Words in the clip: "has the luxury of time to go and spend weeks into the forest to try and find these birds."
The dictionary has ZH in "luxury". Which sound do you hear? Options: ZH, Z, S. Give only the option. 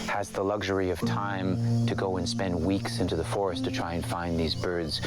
ZH